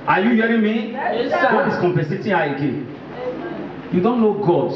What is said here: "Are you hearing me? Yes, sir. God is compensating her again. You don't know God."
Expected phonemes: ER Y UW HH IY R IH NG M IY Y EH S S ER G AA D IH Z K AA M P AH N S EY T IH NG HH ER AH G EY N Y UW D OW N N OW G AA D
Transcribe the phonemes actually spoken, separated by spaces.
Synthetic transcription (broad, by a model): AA Y UW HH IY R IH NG M IY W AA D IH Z K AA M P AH S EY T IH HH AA AH G EY N Y UW D OW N N OW G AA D